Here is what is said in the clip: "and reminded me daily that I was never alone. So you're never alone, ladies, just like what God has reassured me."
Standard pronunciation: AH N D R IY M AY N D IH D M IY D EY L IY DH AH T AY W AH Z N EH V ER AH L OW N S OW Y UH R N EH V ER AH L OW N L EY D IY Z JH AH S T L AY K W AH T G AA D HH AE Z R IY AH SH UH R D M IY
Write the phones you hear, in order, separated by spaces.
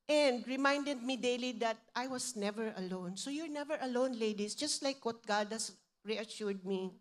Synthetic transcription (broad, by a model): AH N D R IY M AY N D IH D M IY D EY L IY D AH T AY W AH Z N EH V ER AH L OW N S OW Y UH R N EH V ER AH L OW N L EY D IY S JH AH S T L AY K W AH T G AA D HH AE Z R IY AH SH UH R D M IY